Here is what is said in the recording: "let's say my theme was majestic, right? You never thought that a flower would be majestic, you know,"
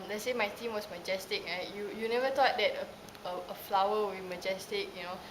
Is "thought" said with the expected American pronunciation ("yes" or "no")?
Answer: no